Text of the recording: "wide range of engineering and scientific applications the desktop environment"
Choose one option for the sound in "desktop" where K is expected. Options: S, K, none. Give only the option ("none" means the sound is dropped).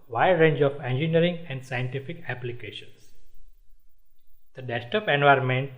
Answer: none